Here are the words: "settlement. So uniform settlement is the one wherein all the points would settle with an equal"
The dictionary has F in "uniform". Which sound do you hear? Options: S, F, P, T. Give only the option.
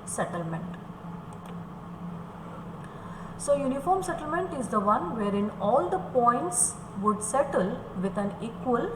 F